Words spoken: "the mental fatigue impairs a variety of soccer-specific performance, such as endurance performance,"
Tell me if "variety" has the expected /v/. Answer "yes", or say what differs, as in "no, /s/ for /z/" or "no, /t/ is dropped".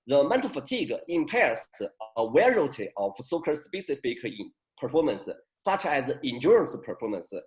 no, /w/ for /v/